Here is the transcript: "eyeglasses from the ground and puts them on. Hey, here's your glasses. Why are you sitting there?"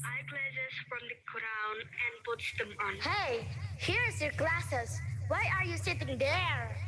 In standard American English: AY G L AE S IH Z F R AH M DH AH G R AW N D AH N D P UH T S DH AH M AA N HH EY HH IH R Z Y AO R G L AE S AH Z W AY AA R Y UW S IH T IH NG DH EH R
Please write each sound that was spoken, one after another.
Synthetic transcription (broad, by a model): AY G L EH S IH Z F R AH M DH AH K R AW N AH N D P UH T S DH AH M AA N HH EY HH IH R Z Y AO R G L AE S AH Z W AY AA R Y UW S IH T IH NG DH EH R